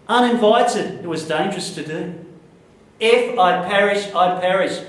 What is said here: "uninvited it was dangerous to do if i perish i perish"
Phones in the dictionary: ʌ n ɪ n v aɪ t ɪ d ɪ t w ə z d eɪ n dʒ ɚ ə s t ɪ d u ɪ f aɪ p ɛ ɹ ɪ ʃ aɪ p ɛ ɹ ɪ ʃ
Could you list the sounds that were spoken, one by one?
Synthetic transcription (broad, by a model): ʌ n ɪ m v aɪ t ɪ d ɪ t w ə z d eɪ n dʒ ɚ ə s t ɪ d u ɪ f aɪ p ɛ ɹ ɪ ʃ aɪ p ɛ ɹ ɪ ʃ